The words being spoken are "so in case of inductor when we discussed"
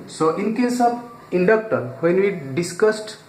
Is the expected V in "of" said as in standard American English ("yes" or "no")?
no